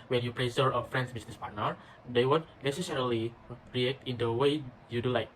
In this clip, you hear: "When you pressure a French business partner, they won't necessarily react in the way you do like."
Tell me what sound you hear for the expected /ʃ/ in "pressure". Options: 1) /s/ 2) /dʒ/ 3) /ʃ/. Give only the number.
1